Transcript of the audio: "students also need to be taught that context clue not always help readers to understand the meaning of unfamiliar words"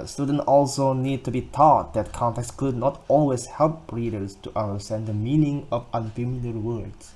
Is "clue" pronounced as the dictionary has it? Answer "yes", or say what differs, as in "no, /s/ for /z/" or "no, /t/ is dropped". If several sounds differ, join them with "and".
no, /l/ is dropped